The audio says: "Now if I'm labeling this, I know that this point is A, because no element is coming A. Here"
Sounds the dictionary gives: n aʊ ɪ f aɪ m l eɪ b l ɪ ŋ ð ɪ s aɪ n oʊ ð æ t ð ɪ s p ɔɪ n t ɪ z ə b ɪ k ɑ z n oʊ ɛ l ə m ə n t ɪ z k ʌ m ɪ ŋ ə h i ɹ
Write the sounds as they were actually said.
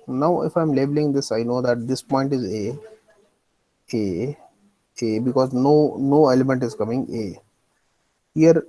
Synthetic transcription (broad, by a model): n aʊ ɪ f aɪ m l eɪ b l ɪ ŋ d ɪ s aɪ n oʊ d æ t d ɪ s p ɔɪ n t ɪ z ə b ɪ k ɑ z n oʊ ɛ l ə m ə n t ɪ z k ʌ m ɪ ŋ ə h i ɹ